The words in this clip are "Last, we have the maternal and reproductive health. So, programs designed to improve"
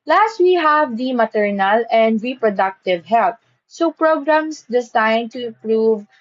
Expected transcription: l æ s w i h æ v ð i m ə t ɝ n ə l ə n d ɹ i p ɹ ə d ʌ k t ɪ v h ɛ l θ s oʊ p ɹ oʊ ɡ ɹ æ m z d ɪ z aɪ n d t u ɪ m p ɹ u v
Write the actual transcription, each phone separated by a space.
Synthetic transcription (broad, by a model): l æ s w i h æ v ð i m ə t ɝ n ə l ə n d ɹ i p ɹ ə d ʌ k t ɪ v h ɛ l t s oʊ p ɹ oʊ ɡ ɹ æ m s d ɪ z aɪ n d t u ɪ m p ɹ u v